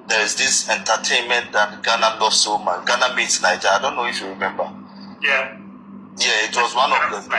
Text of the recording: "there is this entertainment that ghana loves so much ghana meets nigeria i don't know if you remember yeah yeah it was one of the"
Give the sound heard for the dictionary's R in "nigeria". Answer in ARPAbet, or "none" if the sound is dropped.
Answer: none